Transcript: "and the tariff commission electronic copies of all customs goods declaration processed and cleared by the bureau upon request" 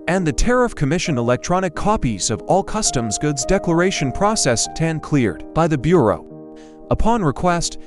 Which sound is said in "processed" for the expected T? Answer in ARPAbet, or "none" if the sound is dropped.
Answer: T